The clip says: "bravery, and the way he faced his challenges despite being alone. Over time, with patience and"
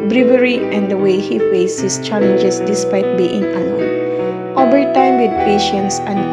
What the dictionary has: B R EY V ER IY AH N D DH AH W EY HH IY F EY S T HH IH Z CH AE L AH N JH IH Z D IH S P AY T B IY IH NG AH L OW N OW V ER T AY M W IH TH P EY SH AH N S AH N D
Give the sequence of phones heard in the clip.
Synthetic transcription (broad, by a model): B R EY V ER IY AH N D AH W EY HH IY F EY S HH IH S CH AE L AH N JH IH S D IH S P AY T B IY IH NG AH OW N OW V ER T AY M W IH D P EY SH AH N S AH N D